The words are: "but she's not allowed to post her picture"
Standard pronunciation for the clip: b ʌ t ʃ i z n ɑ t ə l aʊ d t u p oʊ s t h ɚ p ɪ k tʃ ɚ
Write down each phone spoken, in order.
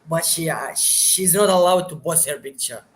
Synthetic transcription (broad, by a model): b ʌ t ʃ i z n ɑ t ə l aʊ d t u b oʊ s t h ɚ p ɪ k tʃ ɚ